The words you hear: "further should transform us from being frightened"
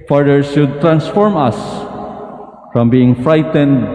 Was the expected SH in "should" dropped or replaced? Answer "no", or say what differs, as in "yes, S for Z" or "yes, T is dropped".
yes, S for SH